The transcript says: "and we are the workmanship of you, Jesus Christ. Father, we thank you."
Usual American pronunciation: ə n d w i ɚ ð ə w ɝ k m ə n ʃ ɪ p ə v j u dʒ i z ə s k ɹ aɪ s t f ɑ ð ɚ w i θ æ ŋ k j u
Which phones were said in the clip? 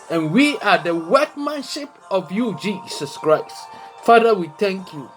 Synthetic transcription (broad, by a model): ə n w i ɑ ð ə w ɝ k m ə n ʃ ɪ p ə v j u dʒ i s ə s k ɹ aɪ s t f ɑ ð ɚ w i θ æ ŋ k j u